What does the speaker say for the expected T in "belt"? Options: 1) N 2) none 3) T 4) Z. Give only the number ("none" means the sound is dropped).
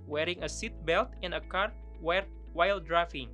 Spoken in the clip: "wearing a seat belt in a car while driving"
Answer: 3